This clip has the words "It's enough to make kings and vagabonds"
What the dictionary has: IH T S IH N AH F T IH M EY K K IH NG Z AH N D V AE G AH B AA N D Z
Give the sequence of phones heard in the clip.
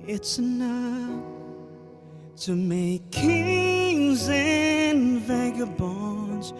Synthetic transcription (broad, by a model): IH T S IH N AH F T IH M EY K K IH NG Z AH N V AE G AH B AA N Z